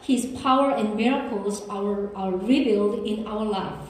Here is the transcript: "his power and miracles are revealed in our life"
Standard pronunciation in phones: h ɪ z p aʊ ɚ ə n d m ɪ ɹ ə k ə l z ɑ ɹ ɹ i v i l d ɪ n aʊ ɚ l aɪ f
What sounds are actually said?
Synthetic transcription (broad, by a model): h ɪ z p aʊ ɚ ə n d m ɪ ɹ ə k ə l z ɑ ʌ ɹ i b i l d ɪ n aʊ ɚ l aɪ f